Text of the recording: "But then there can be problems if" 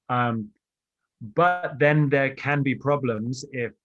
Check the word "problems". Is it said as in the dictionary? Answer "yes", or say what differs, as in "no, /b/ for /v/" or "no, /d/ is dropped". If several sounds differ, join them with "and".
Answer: yes